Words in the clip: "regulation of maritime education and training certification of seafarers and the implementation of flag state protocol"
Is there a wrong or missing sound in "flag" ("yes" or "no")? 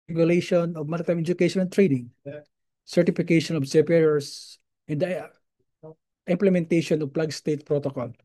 yes